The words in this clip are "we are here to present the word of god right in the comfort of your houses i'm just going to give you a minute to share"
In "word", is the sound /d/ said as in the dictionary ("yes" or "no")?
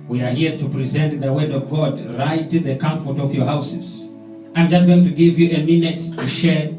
yes